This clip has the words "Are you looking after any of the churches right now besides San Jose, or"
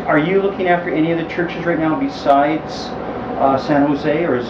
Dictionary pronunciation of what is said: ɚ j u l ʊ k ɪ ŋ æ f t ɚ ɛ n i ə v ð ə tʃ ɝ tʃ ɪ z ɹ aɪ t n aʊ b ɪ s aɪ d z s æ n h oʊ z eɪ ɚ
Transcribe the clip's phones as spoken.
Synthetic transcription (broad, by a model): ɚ j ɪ l ʊ k ɪ ŋ æ f t ɚ ɛ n i ə v ð ə tʃ ɝ tʃ ɪ z ɹ aɪ t n aʊ b ɪ s aɪ d z s æ n h oʊ z eɪ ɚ